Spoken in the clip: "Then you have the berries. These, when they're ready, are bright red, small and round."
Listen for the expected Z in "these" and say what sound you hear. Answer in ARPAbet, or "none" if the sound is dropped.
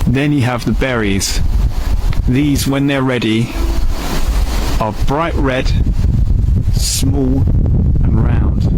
Z